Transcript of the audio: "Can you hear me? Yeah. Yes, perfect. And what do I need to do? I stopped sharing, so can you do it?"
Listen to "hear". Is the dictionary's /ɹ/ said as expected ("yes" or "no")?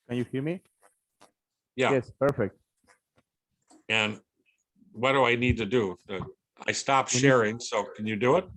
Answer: no